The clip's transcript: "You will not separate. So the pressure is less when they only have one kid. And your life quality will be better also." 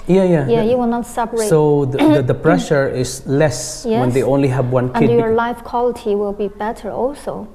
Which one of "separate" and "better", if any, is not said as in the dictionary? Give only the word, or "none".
separate